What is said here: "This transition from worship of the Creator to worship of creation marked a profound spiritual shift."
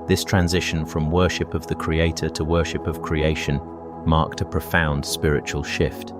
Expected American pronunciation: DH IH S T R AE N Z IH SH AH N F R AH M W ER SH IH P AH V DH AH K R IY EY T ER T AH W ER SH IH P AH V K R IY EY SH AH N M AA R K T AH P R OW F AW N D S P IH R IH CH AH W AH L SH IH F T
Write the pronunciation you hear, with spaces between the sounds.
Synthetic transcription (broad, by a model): DH IH S T R AE N Z IH SH AH N F R AH M W ER SH IH P AH V DH AH K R IY EY T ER T AH W ER SH IH P AH V K R IY EY SH AH N M AA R K T AH P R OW F AW N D S P IH R IH CH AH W AH L SH IH F T